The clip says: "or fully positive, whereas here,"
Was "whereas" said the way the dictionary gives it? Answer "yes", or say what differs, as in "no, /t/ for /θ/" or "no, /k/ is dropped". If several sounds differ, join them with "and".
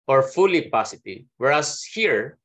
no, /s/ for /z/